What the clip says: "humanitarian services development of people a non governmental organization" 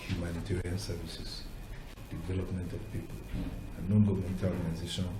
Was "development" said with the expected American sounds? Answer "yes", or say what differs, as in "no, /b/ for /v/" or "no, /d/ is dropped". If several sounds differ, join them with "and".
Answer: yes